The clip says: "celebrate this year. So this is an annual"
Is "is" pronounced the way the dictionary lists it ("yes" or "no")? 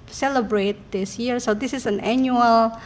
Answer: no